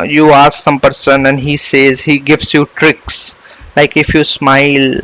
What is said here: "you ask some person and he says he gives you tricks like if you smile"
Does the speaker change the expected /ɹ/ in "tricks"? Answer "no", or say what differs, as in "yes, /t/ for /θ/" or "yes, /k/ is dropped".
no